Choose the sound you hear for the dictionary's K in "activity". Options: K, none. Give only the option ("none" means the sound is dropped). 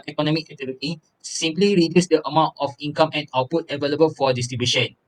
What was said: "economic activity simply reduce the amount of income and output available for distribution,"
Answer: none